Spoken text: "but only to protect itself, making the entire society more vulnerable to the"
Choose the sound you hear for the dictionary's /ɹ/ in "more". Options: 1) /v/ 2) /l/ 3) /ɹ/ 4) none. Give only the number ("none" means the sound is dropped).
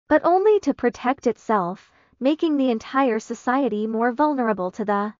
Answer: 3